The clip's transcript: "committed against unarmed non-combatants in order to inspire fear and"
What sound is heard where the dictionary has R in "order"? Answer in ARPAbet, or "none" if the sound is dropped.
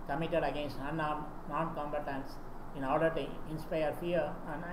L